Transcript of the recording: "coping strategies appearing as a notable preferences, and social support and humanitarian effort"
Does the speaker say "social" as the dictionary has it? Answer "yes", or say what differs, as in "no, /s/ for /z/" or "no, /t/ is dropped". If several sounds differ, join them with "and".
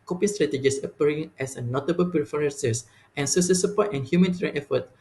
no, /s/ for /ʃ/